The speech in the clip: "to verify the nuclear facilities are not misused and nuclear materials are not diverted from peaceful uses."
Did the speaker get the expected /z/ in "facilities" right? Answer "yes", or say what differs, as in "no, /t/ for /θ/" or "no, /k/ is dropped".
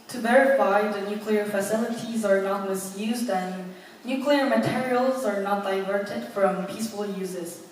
yes